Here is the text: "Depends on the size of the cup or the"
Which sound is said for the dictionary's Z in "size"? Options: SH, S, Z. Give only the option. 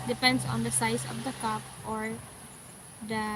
S